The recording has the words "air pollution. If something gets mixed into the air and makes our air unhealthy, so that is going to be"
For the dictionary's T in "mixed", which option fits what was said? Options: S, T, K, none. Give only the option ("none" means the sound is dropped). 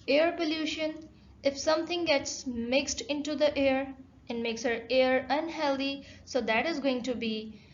T